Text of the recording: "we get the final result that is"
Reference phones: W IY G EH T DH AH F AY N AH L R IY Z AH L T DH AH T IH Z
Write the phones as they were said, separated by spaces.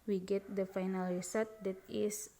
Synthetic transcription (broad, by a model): W IY G EH T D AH F AY N AH L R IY S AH T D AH T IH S